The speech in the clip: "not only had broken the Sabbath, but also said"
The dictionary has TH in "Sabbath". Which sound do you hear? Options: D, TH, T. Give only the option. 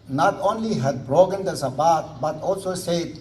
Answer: T